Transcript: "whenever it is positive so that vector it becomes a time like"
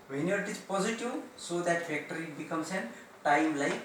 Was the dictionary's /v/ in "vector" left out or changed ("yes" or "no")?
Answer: yes